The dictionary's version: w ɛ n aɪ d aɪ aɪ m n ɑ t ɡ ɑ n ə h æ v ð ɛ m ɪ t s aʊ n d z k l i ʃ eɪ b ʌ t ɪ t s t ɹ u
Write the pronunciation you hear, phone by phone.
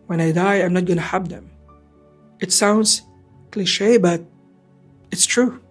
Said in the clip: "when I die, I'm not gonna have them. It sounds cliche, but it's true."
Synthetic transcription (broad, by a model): w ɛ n aɪ d aɪ aɪ m n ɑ t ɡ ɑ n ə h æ b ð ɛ m ɪ t s aʊ n d z k l i ʃ eɪ b ʌ t ɪ t s t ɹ u